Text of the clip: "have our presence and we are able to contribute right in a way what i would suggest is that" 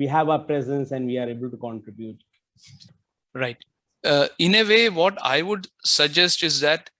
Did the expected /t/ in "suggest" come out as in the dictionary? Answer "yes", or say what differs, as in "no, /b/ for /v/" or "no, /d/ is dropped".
yes